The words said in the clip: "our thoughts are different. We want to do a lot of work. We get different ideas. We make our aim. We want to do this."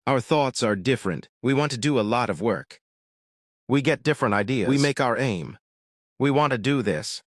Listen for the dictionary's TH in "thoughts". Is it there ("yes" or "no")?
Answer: yes